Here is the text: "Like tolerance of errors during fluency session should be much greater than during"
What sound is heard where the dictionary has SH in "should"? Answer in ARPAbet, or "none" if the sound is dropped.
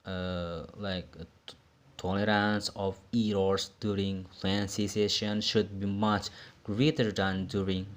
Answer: SH